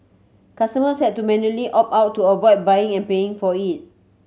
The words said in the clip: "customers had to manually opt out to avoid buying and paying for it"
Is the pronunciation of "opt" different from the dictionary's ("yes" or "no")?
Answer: yes